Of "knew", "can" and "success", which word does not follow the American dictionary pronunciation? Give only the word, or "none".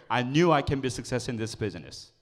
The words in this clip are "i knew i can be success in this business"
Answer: none